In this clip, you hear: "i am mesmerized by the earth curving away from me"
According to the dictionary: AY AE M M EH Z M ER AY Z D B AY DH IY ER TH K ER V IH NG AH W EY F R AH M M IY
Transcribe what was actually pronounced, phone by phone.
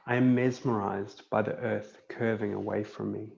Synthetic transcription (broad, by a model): AY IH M M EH Z M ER AY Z B AY DH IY ER TH K ER V IH NG AH W EY F R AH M M IY